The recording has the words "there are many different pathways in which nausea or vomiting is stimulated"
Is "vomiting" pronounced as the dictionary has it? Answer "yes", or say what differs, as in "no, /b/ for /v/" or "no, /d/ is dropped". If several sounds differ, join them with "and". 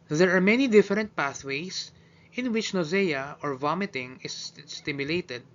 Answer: yes